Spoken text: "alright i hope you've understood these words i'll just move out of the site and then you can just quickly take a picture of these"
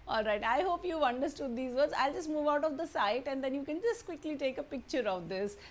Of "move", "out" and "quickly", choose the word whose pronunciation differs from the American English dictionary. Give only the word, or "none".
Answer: none